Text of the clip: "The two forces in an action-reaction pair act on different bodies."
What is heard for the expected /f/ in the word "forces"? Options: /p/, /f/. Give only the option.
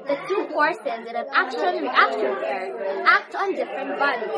/p/